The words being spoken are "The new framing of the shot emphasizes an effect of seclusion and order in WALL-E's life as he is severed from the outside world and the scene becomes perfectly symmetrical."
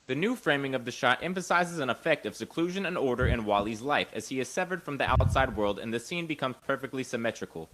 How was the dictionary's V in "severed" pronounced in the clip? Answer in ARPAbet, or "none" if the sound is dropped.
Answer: V